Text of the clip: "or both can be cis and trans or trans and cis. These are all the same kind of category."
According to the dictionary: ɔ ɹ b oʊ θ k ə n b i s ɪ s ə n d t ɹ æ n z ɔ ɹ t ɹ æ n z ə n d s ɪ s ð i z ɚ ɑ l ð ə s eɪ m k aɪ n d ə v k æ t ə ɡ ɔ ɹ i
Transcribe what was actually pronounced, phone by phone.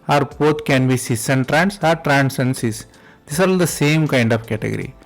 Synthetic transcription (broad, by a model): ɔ ɹ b oʊ t k ə n b i s ɪ s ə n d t ɹ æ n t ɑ ɹ t ɹ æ n s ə n s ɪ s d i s ɑ l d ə s eɪ m k aɪ n d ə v k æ t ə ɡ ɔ ɹ i